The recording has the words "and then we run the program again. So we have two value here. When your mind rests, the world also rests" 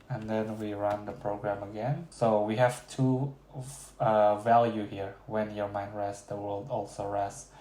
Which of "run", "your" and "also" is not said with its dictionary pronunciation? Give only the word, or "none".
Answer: none